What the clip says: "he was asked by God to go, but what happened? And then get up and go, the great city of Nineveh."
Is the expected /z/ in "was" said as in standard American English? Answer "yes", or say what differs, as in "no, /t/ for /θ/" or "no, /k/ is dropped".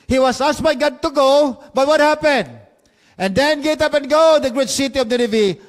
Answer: no, /s/ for /z/